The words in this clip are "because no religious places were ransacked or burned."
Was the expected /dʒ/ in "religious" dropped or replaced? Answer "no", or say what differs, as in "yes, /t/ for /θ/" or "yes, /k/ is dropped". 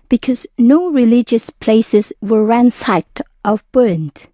no